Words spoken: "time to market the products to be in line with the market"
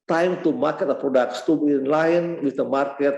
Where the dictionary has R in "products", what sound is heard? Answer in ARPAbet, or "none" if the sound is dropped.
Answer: R